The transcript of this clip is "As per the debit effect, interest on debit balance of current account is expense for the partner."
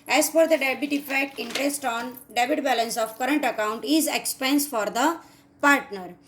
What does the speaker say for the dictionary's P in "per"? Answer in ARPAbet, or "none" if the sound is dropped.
F